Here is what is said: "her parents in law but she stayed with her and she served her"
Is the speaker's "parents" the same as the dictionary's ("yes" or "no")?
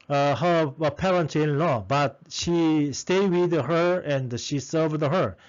no